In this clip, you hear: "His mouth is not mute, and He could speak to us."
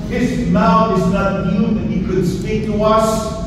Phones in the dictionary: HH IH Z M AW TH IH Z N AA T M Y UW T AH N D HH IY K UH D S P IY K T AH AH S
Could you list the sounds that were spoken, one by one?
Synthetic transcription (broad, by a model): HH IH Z M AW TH IH Z N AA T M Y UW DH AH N HH IY K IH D S P IY K T AH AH S